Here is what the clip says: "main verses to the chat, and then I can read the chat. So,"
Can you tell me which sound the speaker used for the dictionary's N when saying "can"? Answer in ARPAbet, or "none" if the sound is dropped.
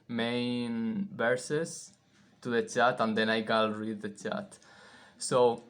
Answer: L